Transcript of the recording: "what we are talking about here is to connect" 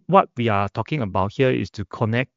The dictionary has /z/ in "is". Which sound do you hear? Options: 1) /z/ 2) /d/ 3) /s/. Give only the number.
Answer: 3